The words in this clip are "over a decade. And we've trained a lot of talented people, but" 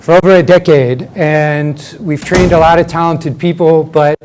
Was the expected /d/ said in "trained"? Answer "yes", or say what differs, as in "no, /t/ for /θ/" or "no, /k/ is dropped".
yes